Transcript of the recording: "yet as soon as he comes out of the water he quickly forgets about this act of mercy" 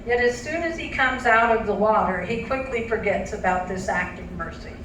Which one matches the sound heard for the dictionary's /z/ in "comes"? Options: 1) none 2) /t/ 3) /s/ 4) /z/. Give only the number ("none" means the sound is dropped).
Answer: 4